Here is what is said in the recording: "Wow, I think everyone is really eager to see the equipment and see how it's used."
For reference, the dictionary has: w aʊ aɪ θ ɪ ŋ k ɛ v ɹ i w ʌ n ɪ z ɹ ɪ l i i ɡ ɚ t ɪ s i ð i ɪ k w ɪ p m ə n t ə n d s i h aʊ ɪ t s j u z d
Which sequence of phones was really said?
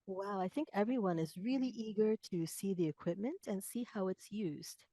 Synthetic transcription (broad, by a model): w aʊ aɪ θ ɪ ŋ k ɛ v ɹ i w ʌ n ɪ z ɹ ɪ l i i ɡ ɚ t ɪ s i ð i ɪ k w ɪ p m ə n t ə n s i h aʊ ɪ t s j u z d